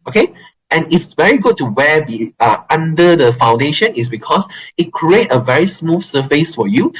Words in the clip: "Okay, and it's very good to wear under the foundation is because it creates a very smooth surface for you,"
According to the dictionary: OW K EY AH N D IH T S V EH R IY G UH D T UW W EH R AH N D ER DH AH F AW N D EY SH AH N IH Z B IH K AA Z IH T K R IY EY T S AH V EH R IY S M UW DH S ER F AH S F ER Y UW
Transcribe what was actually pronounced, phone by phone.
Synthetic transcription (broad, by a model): OW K EY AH N IH T S V EH R IY G UH D T UW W EH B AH N D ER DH AH F AW N D EY SH AH N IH S B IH K AA S IH T K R IY EY T AH V EH R IY S M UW S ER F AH S F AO Y UW